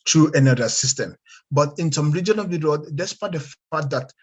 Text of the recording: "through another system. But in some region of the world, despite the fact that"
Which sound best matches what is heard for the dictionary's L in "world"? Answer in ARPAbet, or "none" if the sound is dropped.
none